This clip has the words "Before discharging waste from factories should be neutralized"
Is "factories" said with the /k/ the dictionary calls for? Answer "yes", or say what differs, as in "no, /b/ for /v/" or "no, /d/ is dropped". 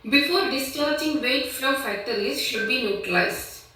no, /k/ is dropped